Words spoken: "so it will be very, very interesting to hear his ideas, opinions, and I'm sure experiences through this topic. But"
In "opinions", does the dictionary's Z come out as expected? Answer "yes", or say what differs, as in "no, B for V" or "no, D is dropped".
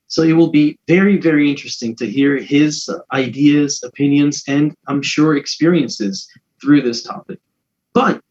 yes